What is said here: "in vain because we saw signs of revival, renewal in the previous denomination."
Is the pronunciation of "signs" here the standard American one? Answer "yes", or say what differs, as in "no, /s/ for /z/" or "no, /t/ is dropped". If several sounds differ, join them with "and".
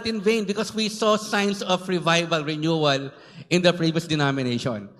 no, /s/ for /z/